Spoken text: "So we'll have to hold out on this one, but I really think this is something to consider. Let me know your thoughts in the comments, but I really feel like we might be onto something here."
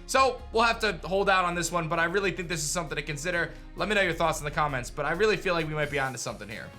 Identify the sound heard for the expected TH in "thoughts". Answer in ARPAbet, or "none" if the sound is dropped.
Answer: TH